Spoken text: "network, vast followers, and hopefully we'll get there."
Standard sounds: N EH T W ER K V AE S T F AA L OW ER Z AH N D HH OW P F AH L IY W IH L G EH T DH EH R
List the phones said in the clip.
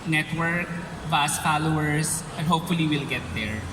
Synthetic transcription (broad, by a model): N EH T W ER K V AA S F AA L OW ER S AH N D HH OW P F AH L IY W IH L G EH T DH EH R